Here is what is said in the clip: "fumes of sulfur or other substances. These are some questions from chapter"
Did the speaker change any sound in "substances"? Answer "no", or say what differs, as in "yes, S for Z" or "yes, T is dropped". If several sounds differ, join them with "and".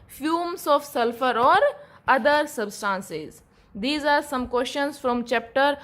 no